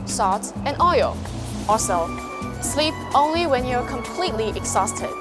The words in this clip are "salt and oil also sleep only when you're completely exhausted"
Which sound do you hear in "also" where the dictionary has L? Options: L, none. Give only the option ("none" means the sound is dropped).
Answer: none